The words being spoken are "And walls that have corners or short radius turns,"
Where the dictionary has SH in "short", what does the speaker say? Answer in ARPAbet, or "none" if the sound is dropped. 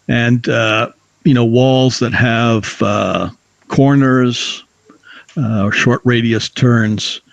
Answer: SH